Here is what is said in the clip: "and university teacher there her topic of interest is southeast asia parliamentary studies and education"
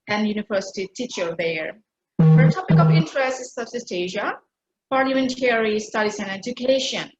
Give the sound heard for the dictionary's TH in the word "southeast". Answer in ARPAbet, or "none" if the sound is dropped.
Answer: S